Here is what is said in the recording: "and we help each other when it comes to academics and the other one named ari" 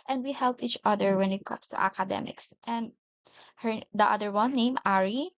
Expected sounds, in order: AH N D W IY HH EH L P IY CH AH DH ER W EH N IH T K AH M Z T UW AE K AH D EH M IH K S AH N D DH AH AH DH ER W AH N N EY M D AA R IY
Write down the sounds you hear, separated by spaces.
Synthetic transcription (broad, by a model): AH N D W IY HH EH L P IY CH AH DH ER W EH N IH T K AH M S T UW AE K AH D EH M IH K S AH N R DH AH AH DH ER W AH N N EY M AA R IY